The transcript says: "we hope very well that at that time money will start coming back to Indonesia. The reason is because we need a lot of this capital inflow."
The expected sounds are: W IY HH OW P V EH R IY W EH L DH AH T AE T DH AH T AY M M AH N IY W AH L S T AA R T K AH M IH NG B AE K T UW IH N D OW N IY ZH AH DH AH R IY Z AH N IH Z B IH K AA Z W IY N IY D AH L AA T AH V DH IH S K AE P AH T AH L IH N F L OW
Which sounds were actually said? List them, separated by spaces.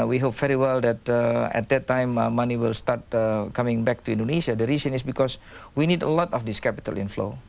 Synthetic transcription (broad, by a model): W IY HH OW P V EH R IY W EH L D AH T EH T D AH T AY M M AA N IY W AH L S T AA T K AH M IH NG B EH K T UW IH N D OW N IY SH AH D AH R IY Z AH N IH S B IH K AA S W IY N IY D AH L AA T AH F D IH S K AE P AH T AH L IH N F L OW